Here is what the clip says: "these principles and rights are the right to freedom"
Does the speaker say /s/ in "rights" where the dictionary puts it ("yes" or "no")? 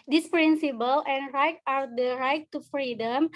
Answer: no